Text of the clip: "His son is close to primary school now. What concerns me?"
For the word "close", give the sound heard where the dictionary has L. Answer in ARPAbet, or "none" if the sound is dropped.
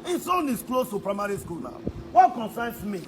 L